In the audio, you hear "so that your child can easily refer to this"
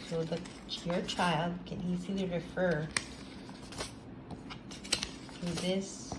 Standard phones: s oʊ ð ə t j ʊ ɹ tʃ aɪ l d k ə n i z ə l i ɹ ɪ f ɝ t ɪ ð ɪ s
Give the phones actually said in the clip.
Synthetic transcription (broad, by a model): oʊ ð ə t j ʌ ɹ tʃ aɪ l d k ə n i z ə l i ɹ ɪ f ɝ t ɪ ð ɪ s